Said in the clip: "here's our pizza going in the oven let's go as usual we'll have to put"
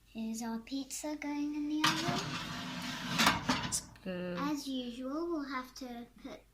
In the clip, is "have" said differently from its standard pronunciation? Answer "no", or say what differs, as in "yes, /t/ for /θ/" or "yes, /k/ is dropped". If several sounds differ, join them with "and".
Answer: yes, /f/ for /v/